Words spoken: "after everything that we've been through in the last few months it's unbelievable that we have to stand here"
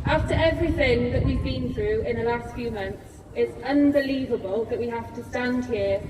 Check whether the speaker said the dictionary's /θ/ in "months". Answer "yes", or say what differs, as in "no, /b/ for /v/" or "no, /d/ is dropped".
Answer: yes